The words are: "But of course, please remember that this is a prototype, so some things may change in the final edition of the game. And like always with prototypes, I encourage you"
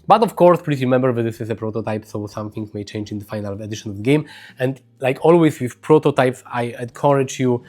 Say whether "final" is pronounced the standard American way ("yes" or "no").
yes